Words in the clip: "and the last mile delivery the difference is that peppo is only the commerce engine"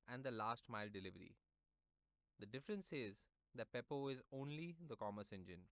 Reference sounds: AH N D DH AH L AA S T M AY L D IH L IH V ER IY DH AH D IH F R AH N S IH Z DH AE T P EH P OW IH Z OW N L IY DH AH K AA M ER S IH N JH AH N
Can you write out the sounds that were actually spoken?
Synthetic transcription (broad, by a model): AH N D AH L AA S T M AY L D IH L IH V ER IY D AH D IH F R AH N S IH Z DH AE T P EH P OW IH Z OW N L IY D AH K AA M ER S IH N JH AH N